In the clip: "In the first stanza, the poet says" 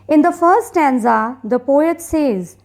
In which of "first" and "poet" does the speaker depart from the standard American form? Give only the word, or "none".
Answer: first